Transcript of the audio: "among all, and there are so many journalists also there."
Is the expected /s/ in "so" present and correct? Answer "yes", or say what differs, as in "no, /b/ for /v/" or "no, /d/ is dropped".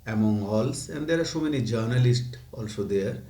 no, /ʃ/ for /s/